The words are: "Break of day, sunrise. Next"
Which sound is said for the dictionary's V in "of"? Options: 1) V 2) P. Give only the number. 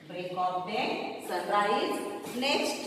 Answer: 2